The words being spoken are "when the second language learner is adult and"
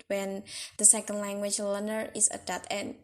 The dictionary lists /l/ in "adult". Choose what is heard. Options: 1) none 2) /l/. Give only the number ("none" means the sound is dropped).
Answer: 1